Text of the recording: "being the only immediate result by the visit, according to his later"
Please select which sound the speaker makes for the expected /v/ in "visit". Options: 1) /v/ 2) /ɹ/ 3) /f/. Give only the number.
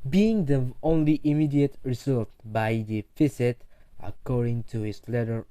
3